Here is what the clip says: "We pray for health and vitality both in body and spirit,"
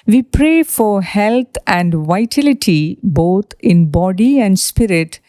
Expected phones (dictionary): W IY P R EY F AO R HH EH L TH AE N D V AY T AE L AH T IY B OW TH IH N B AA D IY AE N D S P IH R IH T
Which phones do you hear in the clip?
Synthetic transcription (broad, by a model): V IY P R EY F AO R HH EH L T AE N D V AY T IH L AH T IY B OW T IH N B AA D IY AE N D S P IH R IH T